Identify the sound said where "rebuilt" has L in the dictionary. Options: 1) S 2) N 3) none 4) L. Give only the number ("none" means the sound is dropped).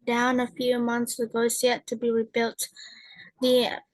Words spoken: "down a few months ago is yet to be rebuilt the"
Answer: 4